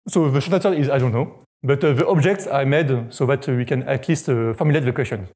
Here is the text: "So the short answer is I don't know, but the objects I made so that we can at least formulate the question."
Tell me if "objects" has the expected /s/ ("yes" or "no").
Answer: yes